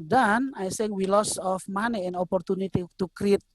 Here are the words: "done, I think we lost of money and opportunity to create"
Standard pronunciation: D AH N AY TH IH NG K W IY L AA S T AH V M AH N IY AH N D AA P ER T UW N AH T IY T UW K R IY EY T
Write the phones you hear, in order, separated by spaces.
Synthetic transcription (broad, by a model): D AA N AY S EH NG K W IY L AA S AH F M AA N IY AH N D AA P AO T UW N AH T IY T UW K R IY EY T